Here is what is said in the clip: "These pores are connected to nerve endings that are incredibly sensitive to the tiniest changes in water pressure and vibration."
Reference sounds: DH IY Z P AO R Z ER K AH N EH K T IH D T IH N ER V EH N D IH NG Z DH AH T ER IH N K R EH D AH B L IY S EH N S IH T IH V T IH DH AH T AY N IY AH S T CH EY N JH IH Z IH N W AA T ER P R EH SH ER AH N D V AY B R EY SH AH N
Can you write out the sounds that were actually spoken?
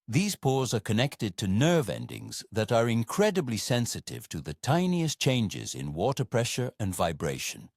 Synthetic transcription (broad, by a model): DH IY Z P AO R Z ER K AH N EH K T IH D T IH N ER V EH N D IH NG Z DH AH T ER IH N K R EH D AH B L IY S EH N S IH T IH V T IH DH AH T AY N IY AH S CH EY N JH IH Z IH N W AA T ER P R EH SH ER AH N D V AY B R EY SH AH N